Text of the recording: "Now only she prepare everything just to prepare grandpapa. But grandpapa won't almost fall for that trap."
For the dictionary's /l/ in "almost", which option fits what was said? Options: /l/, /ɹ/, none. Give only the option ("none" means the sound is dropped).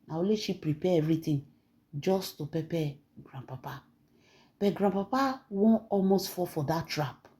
/l/